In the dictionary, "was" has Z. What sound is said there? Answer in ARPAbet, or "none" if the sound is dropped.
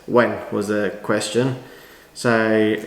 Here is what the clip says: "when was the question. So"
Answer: Z